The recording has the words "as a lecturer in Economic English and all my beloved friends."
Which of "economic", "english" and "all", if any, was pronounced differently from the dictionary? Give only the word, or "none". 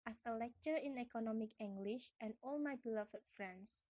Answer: none